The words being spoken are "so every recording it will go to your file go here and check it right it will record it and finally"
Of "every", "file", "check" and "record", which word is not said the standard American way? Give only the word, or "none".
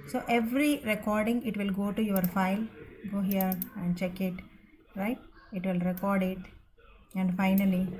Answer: none